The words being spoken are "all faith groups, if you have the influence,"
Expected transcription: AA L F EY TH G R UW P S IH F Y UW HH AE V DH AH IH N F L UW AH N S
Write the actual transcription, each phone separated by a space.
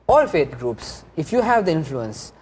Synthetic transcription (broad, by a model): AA L F EY T G R UW P S IH F Y UW HH AE V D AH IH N F L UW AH N S